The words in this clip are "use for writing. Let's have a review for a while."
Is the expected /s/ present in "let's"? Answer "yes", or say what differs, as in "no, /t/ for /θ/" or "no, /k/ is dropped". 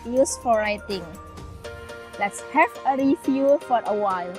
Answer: yes